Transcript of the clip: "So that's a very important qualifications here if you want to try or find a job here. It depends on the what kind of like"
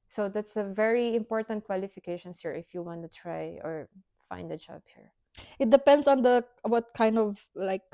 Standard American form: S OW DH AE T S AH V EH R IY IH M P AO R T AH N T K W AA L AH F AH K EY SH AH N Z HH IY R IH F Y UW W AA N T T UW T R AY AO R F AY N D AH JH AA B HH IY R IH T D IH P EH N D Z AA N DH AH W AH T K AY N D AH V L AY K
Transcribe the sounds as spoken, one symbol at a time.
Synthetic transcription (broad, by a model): S OW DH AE T S AH V EH R IY IH M P AO R T AH N T K W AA L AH F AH K EY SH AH N S HH IY R IH F Y UW W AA N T T UW T R AY AO R F AY N D AH JH AA B HH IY R IH T D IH P EH N D S AA N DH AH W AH T K AY N D AH V L AY K